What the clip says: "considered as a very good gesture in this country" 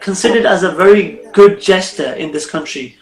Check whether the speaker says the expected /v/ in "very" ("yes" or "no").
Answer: yes